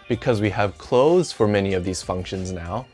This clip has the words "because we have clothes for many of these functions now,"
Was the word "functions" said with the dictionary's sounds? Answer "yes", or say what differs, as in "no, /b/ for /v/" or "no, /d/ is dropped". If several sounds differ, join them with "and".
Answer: yes